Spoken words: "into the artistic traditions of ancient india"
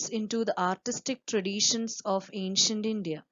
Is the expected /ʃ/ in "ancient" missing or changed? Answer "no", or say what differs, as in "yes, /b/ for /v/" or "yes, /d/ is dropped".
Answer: no